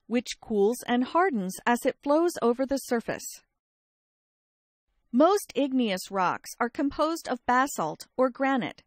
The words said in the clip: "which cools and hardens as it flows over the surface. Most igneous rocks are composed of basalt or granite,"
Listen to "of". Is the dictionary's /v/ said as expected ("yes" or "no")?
yes